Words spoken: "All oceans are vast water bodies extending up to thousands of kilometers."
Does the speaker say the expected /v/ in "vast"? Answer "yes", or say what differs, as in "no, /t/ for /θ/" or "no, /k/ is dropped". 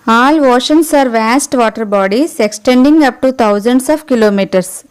yes